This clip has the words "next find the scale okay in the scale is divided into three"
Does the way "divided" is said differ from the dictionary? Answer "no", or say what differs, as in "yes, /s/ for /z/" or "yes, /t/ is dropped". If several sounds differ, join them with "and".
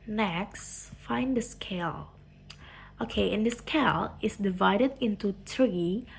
no